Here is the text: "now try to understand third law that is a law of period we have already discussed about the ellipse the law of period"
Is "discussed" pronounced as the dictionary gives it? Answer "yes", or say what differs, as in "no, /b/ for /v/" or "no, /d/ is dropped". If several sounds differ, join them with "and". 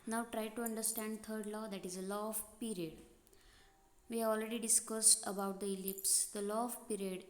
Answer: yes